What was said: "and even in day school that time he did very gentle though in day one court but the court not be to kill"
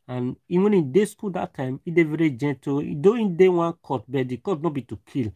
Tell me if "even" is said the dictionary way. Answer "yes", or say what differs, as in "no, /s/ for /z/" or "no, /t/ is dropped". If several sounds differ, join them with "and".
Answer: no, /w/ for /v/